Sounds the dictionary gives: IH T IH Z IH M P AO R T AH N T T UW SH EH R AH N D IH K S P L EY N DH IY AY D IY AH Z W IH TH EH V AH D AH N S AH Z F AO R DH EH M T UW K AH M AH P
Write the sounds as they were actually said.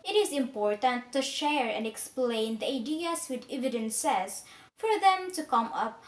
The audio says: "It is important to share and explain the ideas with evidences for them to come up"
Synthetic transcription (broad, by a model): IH T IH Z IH M P AO R T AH N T T UW SH EH R AH N D IH K S P L EY N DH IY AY D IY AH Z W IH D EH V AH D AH N S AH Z F AO R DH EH M T UW K AH M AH P